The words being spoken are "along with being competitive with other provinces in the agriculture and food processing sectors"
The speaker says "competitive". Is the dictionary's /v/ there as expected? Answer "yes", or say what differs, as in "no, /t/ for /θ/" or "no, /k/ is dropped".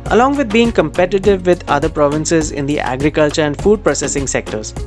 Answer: yes